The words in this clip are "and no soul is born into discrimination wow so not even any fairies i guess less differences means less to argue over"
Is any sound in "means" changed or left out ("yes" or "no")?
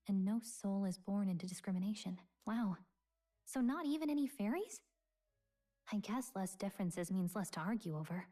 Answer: no